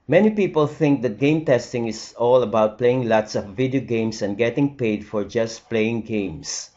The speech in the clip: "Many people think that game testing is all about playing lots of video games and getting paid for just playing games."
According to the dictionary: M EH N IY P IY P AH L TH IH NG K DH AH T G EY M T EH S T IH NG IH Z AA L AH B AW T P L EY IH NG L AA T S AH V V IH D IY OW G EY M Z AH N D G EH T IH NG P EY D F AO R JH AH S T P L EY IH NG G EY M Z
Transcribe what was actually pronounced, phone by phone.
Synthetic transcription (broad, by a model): M EH N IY P IY P AH L TH IH NG K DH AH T G EY M T EH S T IH NG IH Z AA L AH B AW T P L EY IH NG L AA T S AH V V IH D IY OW G EY M S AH N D G EH T IH NG P EY D F AO R JH AH S T P L EY IH NG G EY M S